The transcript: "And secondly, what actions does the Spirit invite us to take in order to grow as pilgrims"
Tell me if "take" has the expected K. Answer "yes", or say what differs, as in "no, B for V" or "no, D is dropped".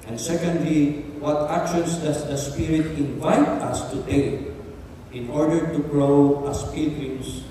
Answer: no, K is dropped